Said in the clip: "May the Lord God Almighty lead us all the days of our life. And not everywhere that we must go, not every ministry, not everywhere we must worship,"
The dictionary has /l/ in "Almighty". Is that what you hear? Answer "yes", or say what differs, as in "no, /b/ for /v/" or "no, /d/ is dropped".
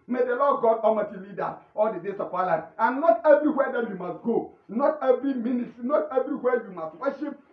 no, /l/ is dropped